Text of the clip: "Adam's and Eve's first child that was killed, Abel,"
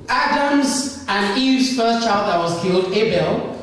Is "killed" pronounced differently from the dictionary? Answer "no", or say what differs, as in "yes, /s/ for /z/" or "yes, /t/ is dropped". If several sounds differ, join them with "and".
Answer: no